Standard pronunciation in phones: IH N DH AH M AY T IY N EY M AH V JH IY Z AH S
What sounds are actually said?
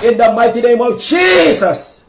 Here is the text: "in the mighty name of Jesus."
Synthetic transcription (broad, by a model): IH N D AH M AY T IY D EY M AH W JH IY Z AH S